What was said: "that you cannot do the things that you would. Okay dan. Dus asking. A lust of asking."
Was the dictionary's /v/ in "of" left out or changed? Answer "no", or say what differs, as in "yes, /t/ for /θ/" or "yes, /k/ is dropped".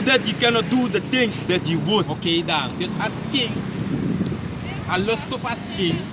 yes, /p/ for /v/